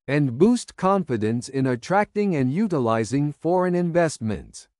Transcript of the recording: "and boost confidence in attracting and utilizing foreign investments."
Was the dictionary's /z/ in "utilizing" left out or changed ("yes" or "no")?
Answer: no